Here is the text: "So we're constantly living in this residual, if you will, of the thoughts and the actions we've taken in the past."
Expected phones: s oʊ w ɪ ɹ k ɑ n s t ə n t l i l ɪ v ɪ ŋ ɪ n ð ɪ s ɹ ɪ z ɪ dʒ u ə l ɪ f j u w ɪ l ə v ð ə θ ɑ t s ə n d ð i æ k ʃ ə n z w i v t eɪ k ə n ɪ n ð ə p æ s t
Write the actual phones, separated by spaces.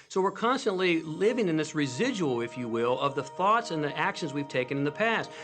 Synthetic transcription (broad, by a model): s oʊ w ɪ ɹ k ɑ n s t ə n t l i l ɪ v ɪ ŋ ɪ n ð ɪ s ɹ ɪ z ɪ dʒ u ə l ɪ f j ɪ w ɪ l ə v ð ə θ ɑ t s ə n ð i æ k ʃ ə n z w i v t eɪ k ə n ɪ n ð ə p æ s t